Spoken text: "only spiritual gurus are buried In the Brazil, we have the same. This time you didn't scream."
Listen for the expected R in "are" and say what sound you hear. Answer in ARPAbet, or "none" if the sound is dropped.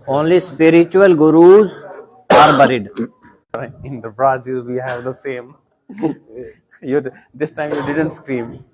R